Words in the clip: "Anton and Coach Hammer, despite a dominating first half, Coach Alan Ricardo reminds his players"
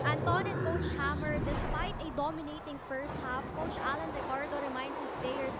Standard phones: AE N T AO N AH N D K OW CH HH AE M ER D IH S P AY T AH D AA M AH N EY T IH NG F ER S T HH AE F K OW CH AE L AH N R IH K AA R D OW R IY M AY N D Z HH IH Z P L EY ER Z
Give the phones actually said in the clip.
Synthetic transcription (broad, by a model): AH N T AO N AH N K OW CH HH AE M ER D IH S P AY T AH D AA M AH N EY T IH NG F ER S T HH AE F K OW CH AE L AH N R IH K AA R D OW R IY M AY N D S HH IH S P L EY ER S